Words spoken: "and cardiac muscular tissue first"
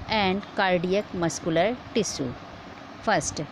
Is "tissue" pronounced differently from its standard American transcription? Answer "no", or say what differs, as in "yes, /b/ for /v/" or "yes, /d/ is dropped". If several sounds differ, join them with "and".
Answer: yes, /s/ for /ʃ/